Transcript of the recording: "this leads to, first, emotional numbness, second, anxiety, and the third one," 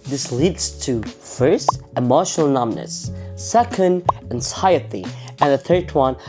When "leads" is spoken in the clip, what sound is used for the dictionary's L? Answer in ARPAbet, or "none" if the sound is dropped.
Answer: L